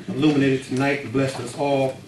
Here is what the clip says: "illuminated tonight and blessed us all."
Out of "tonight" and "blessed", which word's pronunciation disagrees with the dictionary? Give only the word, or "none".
blessed